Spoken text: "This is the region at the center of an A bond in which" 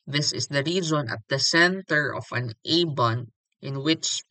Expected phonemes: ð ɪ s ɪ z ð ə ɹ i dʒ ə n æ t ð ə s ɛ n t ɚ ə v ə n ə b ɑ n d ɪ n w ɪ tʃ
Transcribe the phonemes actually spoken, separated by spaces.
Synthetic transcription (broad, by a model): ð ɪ s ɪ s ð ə ɹ i z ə n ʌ t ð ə s ɛ n t ɚ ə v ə n ə b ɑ n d ɪ n w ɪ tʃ